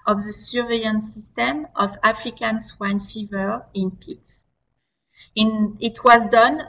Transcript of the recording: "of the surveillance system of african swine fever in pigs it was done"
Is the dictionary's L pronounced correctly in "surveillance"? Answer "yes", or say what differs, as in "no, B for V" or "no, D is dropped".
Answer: no, L is dropped